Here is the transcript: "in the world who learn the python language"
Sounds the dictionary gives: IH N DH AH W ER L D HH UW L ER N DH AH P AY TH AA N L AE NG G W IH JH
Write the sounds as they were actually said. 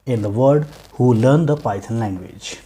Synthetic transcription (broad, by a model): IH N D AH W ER D HH UW L ER N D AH P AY T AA N L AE NG G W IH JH